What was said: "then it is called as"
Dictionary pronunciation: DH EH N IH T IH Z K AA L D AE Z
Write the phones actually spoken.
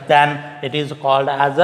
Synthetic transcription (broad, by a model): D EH N IH T IH Z K AA L D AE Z